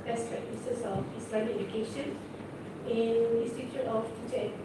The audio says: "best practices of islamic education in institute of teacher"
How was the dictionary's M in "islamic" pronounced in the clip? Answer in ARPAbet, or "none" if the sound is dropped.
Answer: none